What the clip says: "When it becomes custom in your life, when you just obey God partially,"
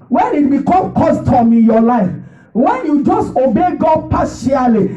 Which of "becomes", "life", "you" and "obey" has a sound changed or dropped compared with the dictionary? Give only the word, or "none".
becomes